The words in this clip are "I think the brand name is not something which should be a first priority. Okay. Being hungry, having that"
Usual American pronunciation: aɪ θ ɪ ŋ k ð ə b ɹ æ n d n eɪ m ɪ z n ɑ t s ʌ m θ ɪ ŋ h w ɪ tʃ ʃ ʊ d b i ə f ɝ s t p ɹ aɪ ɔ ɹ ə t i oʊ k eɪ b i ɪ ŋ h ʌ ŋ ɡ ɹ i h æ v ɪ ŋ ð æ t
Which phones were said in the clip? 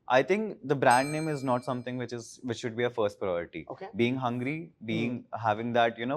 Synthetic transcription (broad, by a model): aɪ t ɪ ŋ k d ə b ɹ æ n d n eɪ m ɪ z n ɑ t s ʌ m t ɪ ŋ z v ɪ tʃ ʃ ʊ d b i ə f ɝ s t p ɹ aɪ ɔ ɹ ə t i oʊ k eɪ b i ɪ ŋ h ʌ ŋ ɡ ɹ i h æ v ɪ ŋ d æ t